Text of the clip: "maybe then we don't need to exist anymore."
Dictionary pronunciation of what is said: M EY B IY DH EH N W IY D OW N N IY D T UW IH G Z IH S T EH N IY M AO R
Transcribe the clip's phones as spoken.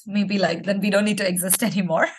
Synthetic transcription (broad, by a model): M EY B IY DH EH N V IY D OW N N IY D T UW IH G Z IH S T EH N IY M AO R